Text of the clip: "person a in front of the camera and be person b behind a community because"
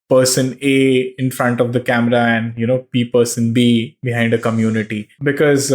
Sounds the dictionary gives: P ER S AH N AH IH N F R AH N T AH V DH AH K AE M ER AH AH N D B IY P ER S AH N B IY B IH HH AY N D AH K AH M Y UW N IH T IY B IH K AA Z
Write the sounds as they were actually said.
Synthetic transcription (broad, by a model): P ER S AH N AH IH N F R AH N T AH V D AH K AE M ER AH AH N D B IY P ER S AH N B IY B IH HH AY N D AH K AH M Y UW N IH T IY B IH K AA Z